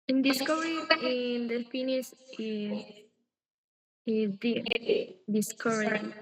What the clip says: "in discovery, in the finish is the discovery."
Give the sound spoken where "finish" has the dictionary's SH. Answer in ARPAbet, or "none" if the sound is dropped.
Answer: S